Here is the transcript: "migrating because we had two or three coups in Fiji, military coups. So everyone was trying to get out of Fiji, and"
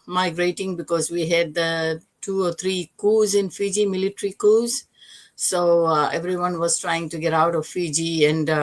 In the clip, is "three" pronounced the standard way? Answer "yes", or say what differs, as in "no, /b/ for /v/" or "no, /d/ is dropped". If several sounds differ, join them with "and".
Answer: no, /t/ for /θ/